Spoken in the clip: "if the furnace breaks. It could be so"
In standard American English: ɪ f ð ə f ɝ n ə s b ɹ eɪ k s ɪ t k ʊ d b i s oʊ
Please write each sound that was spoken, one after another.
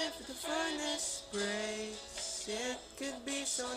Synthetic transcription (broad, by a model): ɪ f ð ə f ɝ n ə s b ɹ eɪ s ɪ t k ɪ d b i s oʊ